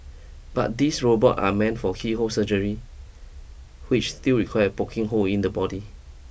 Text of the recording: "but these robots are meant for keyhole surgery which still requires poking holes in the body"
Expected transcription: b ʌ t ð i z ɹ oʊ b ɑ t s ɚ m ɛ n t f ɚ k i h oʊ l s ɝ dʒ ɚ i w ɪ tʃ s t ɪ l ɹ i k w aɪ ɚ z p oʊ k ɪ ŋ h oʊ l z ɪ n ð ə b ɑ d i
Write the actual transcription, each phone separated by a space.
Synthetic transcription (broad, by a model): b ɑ t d i s ɹ oʊ b ɑ t ɑ m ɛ n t f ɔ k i h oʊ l s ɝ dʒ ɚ i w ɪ tʃ s t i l ɹ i k w aɪ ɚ p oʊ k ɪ ŋ h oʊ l ɪ n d ə b ɑ d i